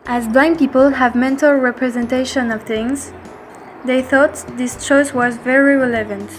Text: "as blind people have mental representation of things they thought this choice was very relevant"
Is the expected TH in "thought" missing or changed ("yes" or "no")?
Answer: no